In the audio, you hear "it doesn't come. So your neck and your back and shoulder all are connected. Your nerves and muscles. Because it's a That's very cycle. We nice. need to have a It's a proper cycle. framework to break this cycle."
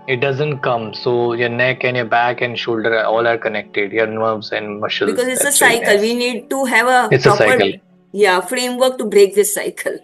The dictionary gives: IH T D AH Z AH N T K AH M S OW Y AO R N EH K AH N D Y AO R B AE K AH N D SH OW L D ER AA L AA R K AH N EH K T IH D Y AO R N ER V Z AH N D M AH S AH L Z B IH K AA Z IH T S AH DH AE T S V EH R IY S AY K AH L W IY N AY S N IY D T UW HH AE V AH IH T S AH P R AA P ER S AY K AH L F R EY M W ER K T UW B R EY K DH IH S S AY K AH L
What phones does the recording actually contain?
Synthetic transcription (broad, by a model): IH T D AH Z AH N T K AH M S OW Y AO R N EH K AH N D Y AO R B AE K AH N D SH OW L D ER AA L AA R K AH N EH K T IH D Y AO R N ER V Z AH N D M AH SH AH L B IH K AA Z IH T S AH S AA IY K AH L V IY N N IY D T UW HH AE V AH IH T S AH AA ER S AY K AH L F R EY M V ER K T UW B R EY K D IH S S AY K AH L